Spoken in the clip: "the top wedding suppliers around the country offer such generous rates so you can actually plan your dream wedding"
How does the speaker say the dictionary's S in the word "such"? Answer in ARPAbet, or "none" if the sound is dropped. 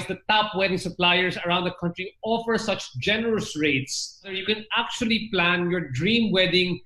S